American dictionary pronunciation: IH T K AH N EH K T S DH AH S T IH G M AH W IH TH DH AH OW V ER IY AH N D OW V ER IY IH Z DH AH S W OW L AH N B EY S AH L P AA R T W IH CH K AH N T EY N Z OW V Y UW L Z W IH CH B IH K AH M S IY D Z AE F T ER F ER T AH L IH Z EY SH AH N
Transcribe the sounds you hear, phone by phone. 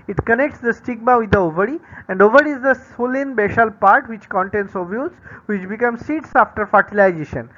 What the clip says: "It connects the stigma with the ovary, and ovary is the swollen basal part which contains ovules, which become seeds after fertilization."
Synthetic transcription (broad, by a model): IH T K AH N EH K T S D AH S T IH G M AH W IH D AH OW V ER IY AH N D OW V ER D IH Z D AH S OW L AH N B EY SH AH L P AA R T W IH CH K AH N T EY N S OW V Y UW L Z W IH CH B IH K AH M S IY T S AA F T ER F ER T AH L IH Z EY SH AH N